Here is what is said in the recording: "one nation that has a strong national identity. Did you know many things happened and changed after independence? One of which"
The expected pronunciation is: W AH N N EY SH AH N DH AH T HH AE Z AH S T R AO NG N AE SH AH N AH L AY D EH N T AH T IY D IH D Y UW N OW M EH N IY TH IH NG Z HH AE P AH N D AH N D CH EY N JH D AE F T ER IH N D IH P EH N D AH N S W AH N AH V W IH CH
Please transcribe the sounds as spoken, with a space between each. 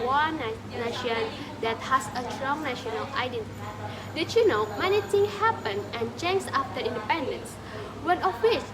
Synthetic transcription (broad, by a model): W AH N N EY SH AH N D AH T HH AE S AH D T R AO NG N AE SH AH N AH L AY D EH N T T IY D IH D Y UW N OW M EH N IY T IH NG HH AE P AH N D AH N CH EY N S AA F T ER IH N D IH P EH N D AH N S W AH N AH F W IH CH